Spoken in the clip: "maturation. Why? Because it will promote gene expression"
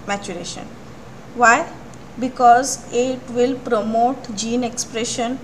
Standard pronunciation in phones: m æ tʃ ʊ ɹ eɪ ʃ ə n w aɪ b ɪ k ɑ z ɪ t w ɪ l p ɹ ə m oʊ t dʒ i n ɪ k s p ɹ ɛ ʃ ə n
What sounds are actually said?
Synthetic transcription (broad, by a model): m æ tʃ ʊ ɹ eɪ ʃ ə n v aɪ b ɪ k ɑ z ɪ t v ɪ l p ɹ ə m oʊ t dʒ i n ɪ k s p ɹ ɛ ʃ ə n